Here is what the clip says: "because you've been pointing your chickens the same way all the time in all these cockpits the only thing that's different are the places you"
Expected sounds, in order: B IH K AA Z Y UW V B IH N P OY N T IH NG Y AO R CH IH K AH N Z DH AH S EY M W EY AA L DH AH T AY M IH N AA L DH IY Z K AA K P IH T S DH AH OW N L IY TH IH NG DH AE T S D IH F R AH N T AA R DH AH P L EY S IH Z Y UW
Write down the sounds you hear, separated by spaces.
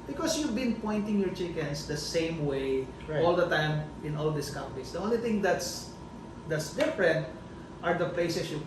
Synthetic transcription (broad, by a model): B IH K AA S Y UW V B IH N P OY N T IH NG Y AO R CH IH K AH N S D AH S EY M W EY AA L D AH T AY M IH N AA L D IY S K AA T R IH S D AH OW N L IY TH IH NG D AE T S D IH F R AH N T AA R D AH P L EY S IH S Y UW